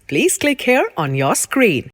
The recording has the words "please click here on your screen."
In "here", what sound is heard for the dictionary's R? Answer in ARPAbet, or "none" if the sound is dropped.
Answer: R